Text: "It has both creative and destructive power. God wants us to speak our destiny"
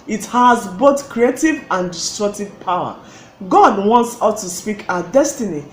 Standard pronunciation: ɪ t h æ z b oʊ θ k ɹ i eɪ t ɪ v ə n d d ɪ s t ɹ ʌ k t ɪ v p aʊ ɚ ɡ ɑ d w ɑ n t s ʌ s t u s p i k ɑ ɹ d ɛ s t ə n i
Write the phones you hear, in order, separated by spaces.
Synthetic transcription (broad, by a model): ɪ t h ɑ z b oʊ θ k ɹ i eɪ t ɪ v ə n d d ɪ s t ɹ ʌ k t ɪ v p aʊ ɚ ɡ ɑ d w ɑ n t s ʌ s t u s p i k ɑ d ɛ s t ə n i